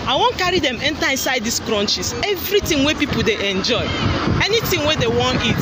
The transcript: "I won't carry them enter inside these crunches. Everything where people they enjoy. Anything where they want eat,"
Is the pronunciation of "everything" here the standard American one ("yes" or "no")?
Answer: no